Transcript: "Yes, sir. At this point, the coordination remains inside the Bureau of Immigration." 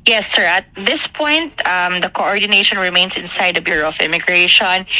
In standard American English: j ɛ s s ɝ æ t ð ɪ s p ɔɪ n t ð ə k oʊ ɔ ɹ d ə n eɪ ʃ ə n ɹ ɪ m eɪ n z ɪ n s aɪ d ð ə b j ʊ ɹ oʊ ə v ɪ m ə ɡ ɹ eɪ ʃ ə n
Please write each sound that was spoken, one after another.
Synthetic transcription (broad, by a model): j ɛ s s ɝ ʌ t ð ɪ s p ɔɪ n t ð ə k oʊ ɔ ɹ d ə n eɪ ʃ ə n ɹ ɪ m eɪ n s ɪ n s aɪ d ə b j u ɹ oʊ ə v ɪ m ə ɡ ɹ eɪ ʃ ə n